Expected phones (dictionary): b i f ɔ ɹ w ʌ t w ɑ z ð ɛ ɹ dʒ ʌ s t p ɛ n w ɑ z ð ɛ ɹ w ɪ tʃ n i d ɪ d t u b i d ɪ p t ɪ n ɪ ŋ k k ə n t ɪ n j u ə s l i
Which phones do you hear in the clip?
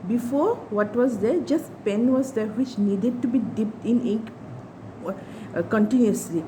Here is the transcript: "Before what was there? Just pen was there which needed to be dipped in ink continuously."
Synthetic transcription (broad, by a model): b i f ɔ ɹ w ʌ t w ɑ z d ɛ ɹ dʒ ʌ s t p ɛ n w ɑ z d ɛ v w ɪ tʃ n i d ɪ d t u b i d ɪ p t ɪ n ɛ k k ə n t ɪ n j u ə s l i